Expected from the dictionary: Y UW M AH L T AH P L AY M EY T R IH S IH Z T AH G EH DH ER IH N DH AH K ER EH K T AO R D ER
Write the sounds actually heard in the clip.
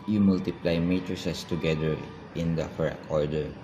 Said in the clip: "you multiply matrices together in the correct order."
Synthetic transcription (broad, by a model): Y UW M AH L T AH P L AY M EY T R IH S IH S T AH G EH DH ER IH N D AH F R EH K AO R D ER